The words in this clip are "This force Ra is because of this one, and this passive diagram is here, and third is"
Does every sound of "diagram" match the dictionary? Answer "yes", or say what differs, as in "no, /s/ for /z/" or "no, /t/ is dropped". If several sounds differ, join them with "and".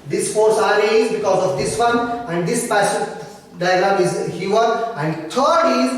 no, /l/ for /ɹ/